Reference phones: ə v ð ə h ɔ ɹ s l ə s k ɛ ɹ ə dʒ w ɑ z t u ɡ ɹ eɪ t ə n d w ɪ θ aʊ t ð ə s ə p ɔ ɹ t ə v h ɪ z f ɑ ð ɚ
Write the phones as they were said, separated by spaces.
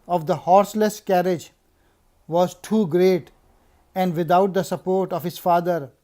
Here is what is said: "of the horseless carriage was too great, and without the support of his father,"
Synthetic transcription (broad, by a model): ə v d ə h ɔ ɹ s l ə s k ɛ ɹ ə dʒ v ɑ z t u ɡ ɹ eɪ t ə n d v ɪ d aʊ t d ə s ə p ɔ ɹ t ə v h ɪ z f ɑ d ɚ